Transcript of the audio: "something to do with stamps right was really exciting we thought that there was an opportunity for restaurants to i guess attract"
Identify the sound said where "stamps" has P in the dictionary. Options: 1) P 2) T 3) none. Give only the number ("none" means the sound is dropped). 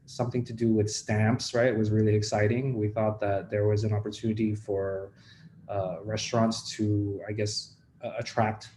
1